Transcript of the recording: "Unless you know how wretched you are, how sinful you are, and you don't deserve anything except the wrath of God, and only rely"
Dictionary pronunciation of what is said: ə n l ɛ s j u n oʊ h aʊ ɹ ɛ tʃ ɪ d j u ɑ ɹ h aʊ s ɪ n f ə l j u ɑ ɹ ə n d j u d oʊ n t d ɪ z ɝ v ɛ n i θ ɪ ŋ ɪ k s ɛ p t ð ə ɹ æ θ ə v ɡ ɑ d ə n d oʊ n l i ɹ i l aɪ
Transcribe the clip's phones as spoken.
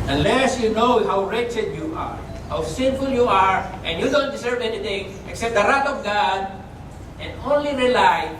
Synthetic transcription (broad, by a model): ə n l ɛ s j u n oʊ h aʊ ɹ ɛ tʃ ɪ d j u ɑ ɹ h aʊ s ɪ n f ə l j u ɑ ɹ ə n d j u d oʊ n t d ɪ s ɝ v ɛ n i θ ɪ ŋ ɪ k s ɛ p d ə ɹ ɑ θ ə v ɡ ɑ d ə n d oʊ n l i ɹ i l aɪ